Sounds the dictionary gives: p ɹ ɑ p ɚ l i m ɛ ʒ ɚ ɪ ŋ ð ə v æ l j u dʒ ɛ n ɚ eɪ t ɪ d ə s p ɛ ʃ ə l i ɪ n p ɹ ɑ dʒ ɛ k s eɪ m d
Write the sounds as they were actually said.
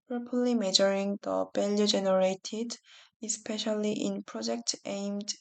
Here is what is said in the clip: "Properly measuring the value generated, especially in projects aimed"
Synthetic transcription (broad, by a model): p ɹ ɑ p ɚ l i m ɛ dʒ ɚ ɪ ŋ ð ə b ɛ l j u dʒ ɛ n ɚ eɪ t ɪ d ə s p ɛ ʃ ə l i ɪ n p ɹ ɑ dʒ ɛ k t eɪ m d